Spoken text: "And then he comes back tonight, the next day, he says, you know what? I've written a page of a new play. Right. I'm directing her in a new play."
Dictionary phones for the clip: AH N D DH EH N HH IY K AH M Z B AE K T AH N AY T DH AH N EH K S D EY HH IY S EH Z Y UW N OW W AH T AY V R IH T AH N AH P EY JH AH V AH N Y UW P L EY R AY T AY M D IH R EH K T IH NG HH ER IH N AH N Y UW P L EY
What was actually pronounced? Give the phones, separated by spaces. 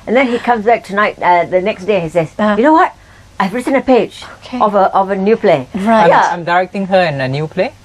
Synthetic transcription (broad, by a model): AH N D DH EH N HH IY K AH M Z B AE K T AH N AY T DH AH N EH K S D EY HH IY S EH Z Y UW N OW W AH T AY V R IH T AH N AH P EY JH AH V AH N Y UW P L EY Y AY AY M D IH R EH K T IH NG HH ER IH N AH N Y UW P L EY